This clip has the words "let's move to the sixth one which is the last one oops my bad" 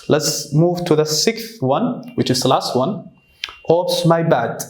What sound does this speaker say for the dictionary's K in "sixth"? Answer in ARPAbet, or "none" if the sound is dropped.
K